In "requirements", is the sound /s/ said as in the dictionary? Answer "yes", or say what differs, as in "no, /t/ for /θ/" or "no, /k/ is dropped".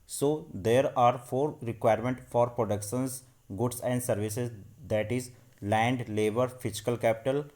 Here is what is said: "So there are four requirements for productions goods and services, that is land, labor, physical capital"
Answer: no, /s/ is dropped